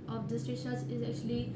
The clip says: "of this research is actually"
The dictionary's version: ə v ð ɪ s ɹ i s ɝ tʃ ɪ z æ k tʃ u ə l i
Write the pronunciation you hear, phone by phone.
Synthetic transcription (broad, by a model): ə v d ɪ s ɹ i ʃ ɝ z ɪ z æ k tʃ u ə l i